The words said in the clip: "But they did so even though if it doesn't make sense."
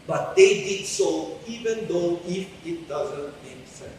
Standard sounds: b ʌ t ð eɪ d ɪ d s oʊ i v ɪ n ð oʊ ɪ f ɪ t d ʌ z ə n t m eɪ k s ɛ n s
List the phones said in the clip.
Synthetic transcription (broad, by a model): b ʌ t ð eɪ d ɪ d s oʊ i v ɪ n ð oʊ ɪ f ɪ t d ʌ z ə n t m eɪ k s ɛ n